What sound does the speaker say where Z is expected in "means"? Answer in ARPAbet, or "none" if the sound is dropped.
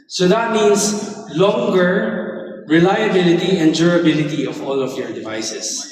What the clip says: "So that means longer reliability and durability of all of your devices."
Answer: S